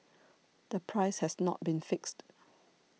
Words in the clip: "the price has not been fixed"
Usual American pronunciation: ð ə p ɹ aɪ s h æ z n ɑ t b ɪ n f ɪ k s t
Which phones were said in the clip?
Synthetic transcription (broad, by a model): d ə p ɹ aɪ s h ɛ s n ɑ t b ɪ n f ɪ k s t